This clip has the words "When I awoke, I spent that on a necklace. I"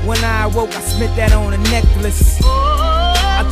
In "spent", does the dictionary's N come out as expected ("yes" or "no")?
no